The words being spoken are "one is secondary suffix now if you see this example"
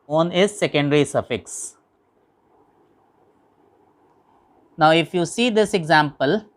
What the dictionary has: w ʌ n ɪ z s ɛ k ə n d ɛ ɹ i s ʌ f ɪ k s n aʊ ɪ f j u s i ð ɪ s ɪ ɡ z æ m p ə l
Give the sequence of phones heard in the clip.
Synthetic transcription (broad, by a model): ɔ n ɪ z s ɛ k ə n d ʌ ɹ i s ʌ f ɪ k s n aʊ ɪ f j u s i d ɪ s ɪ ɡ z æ m p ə l